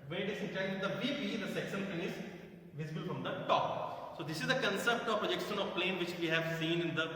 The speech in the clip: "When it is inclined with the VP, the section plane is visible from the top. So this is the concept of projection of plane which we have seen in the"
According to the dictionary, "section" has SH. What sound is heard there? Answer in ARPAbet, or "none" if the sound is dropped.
S